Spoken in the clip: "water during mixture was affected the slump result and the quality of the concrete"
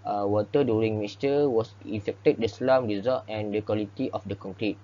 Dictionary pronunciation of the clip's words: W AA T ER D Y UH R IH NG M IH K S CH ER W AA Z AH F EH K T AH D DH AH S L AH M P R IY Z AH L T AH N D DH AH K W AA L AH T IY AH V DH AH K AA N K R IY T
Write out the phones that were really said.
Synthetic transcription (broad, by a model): W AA T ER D Y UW R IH NG M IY S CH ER W AA S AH F EH K T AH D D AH S L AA M R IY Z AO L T AH N D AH K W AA L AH T IY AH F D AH K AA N K R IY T